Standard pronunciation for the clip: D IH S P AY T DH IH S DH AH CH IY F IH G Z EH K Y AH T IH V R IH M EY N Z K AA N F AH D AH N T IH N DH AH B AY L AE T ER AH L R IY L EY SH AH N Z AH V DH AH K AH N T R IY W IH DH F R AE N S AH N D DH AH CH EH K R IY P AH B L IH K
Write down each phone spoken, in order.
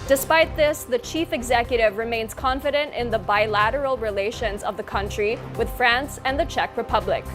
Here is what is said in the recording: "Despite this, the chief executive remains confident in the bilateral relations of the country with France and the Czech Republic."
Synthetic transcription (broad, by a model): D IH S P AY T DH IH S DH AH CH IY F IH G Z EH K Y AH T IH V R IH M EY N Z K AA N F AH D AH N T IH N DH AH B AY L AE T ER L R IY L EY SH AH N Z AH V DH AH K AH N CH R IY W IH DH F R AE N S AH N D DH AH CH EH K R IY P AH B L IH K